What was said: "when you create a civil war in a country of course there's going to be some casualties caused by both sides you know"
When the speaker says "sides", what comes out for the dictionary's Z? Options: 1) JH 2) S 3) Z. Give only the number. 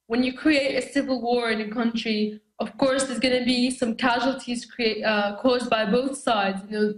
3